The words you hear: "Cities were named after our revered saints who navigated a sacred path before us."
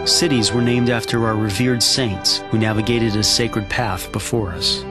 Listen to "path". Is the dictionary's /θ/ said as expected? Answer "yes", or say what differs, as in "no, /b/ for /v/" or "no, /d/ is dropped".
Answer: yes